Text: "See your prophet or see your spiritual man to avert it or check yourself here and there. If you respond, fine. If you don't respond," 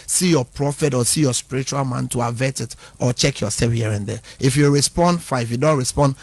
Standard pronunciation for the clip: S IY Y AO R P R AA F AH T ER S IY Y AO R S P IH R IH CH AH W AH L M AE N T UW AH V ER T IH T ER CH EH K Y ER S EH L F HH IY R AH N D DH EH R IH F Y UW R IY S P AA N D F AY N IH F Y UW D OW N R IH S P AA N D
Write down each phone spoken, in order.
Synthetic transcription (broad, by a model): S IY Y AO P R AA F AH T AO S IY Y AO S P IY R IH CH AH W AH L M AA N T UW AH V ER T IH T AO CH EH K Y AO S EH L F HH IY R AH N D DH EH IH F Y UW R IY S P AA N D F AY IH F Y UW D OW N R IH S P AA N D